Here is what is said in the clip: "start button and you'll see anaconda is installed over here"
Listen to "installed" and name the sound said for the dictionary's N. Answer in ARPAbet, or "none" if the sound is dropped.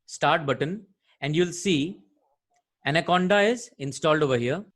N